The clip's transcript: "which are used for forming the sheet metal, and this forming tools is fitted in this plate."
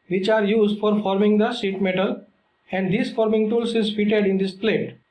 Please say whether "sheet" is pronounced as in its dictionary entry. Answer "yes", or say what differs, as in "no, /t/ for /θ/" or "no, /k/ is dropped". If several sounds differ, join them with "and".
no, /s/ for /ʃ/